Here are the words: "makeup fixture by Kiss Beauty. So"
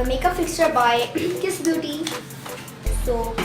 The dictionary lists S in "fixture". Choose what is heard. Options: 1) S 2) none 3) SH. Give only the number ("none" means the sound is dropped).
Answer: 1